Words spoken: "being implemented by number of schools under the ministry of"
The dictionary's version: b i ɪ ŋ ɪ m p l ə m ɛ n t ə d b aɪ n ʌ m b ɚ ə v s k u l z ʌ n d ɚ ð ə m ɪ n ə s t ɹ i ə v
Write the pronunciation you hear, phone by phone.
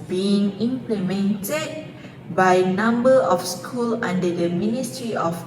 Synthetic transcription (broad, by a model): b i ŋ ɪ m p l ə m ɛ n t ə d b aɪ n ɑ m b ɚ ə f s k u l ɑ n d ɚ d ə m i n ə s t ɹ i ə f